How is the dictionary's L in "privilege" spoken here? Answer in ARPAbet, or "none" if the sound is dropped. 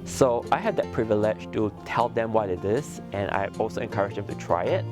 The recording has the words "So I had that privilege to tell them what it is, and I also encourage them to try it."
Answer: L